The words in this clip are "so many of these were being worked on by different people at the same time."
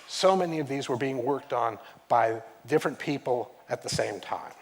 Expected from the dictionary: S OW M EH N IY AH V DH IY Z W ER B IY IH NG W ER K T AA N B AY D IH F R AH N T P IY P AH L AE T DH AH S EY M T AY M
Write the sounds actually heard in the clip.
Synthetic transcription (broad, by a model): S OW M EH N IY AH V DH IY Z W ER B IY IH NG W ER K T N B AY D IH F R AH N P IY P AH L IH T DH AH S EY M T AY M